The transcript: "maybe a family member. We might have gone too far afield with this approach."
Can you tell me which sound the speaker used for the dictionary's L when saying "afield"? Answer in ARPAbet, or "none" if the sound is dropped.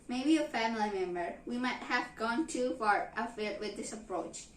none